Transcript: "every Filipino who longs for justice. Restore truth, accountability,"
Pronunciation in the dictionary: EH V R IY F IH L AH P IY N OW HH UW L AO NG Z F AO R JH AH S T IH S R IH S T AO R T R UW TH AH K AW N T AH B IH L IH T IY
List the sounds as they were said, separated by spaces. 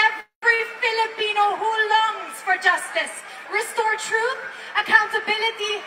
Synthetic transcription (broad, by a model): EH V R IY F IH L AH P IY N OW HH UW L AO NG Z F AO R JH AH S T IH S R IH S T AO R T R UW TH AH K AW N T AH B IH L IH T IY